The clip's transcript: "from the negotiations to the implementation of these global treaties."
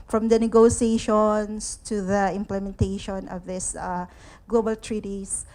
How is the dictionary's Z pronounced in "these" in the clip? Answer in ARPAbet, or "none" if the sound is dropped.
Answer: S